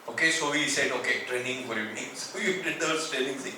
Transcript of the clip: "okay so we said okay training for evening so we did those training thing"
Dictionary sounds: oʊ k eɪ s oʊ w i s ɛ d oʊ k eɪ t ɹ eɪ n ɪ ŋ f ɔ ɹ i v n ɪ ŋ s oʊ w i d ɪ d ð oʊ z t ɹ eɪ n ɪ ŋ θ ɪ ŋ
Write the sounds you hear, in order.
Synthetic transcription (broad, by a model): oʊ k eɪ s oʊ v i s ɛ d oʊ k eɪ t ɹ eɪ n ɪ ŋ f ɔ ɹ i v n ɪ ŋ s oʊ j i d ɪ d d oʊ s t eɪ l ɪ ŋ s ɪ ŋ